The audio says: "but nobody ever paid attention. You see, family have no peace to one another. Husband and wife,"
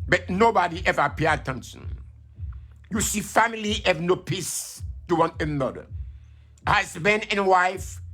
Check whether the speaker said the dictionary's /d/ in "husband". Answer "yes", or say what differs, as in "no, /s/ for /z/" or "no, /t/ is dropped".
no, /d/ is dropped